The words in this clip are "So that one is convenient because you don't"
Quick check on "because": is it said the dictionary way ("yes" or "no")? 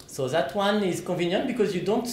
yes